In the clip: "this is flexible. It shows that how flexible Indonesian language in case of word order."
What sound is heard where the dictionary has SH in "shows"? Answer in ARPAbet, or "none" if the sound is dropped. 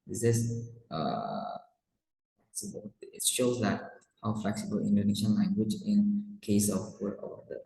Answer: SH